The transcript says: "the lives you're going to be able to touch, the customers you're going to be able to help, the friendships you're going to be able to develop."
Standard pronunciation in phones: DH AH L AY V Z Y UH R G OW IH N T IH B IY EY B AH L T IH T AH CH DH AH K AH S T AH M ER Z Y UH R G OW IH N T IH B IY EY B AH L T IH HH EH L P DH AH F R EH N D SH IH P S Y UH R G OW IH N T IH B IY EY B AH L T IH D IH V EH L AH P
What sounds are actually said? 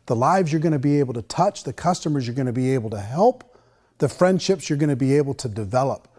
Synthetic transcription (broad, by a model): DH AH L AY V Z Y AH R G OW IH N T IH B IY EY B L T IH T AH CH DH AH K AH S T AH M ER Z Y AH R G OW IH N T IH B IY EY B L T IH HH EH L P DH AH F R EH N D SH IH P S Y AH R G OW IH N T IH B IY EY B L T IH D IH V EH L AH P